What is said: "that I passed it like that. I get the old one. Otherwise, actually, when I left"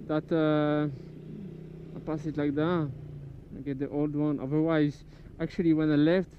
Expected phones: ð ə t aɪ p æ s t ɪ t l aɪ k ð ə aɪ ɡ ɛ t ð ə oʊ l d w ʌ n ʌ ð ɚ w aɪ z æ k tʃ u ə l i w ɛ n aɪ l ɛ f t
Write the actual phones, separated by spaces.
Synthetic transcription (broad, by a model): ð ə t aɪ p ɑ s ɪ t l aɪ k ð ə aɪ ɡ ɛ t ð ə oʊ l d w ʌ n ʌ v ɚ w aɪ z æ k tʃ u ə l i w ɛ n aɪ l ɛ f t